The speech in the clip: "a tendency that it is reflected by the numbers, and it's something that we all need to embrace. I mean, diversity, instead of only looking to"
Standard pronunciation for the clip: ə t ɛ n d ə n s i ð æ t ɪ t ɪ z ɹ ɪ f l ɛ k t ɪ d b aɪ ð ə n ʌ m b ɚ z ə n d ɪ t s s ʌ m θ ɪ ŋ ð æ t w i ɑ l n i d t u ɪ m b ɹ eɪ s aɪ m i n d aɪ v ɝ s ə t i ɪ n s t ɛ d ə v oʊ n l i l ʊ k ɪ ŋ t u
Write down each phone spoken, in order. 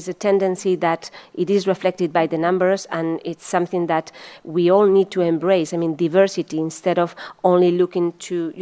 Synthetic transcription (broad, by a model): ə t ɛ n d ə n s i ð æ t ɪ t ɪ z ɹ ɪ f l ɛ k t ɪ d b aɪ ð ə n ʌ m b ɚ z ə n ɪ t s s ʌ m θ ɪ ŋ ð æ t w i ɑ l n i d t u ɪ m b ɹ eɪ s aɪ m i n d aɪ v ɝ s ə t i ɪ n s t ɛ d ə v oʊ n l i l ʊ k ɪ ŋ t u